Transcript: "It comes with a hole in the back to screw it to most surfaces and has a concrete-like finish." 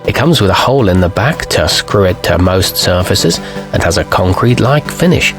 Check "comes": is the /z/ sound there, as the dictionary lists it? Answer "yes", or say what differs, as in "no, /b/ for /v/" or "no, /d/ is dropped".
yes